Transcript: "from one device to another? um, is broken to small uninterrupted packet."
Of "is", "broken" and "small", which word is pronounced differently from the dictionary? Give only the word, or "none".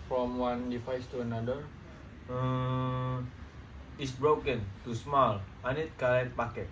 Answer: is